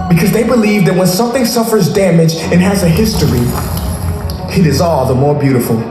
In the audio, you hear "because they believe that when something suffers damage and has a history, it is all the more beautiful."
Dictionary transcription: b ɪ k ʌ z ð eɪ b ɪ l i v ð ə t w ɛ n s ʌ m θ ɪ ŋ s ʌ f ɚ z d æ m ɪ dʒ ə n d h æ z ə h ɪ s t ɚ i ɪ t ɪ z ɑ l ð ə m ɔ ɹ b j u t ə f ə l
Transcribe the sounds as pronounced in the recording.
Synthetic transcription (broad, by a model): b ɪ k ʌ z ð eɪ b ɪ l i v ð ə t w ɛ n s ʌ m θ ɪ ŋ s ʌ f ɚ z d æ m ɪ dʒ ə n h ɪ z ə h ɪ s t ɚ i ɪ t ɪ z ɑ l ð ə m ɔ ɹ b j u t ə f l